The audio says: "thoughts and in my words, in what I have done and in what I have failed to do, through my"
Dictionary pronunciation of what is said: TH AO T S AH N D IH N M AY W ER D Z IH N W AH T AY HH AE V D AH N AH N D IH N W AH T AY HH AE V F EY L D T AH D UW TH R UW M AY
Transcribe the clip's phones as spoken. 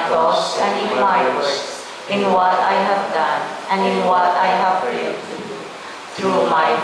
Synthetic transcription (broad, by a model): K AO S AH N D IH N M AY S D IH N W AH T AY HH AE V D AH N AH N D IH N W AH T AY HH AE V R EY D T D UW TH R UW M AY